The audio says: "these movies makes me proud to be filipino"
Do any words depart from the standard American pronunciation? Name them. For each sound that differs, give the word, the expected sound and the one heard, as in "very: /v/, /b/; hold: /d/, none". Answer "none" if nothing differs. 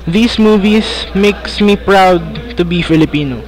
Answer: movies: /z/, /s/